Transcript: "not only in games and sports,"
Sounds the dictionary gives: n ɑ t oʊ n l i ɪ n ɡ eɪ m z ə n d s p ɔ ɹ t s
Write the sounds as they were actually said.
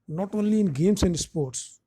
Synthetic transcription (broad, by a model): n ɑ t oʊ n l i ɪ n ɡ eɪ m s ə n d s p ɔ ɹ t s